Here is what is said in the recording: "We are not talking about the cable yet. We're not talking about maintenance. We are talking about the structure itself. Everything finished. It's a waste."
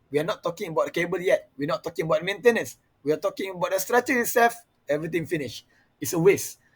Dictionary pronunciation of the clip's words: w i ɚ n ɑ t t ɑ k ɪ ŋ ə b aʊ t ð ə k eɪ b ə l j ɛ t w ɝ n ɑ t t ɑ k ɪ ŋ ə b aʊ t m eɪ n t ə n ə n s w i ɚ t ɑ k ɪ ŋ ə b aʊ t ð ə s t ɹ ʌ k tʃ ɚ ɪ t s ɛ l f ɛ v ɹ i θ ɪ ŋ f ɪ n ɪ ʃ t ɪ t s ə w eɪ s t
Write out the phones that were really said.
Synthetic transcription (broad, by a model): w i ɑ n ɑ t t ɑ k ɪ ŋ ə b aʊ t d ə k eɪ b ə l j ɛ t w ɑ n ɑ t t ɑ k ɪ ŋ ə b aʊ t m eɪ n t ə n ə n s w i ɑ t ɑ k ɪ ŋ ə b aʊ t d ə s t ɹ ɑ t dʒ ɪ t s ɛ l f ɛ v ɹ i t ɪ ŋ f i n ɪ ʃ ɪ t s ə w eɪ s